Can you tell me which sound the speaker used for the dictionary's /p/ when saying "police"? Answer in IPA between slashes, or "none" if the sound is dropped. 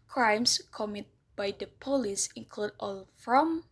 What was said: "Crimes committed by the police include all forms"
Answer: /p/